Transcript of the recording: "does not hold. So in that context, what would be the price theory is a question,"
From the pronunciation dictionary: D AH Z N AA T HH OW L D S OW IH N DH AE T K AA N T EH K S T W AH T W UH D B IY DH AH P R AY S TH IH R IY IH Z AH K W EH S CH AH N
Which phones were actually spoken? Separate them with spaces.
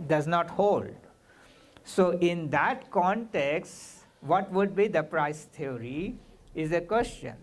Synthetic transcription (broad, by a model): D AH Z N AA T HH OW L D S OW IH N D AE T K AA N T EH K S T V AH T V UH D B IY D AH P R AY S T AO R IY IH Z AH K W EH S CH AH N